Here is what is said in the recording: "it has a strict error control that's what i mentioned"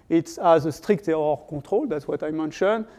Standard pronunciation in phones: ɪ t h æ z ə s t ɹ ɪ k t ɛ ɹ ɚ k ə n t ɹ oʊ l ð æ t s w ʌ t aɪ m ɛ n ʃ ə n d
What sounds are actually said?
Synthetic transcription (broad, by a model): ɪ t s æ z ə s t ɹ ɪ k t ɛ ɚ k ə t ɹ oʊ l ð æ t s w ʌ t aɪ m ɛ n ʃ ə n